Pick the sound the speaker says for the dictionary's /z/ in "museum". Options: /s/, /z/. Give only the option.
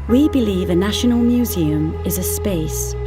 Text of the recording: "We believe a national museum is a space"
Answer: /z/